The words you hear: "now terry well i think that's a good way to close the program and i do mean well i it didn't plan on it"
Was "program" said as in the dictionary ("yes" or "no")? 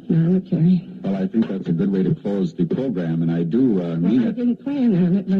yes